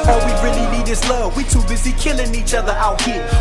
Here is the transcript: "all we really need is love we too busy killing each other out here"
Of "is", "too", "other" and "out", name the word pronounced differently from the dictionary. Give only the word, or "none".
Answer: is